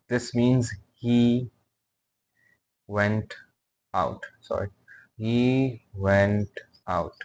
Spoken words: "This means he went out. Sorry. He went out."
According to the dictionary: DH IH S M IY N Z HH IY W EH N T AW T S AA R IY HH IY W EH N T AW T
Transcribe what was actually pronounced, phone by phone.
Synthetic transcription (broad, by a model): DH IH S M IY N Z HH IY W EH N T AW T S AA R IY HH IY W EH N T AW T